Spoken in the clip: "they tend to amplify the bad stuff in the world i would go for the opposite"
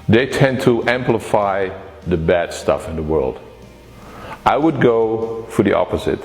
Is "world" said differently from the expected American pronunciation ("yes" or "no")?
no